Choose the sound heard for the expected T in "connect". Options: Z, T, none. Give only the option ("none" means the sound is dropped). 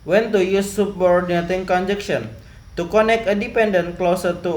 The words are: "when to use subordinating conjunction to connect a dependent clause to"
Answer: none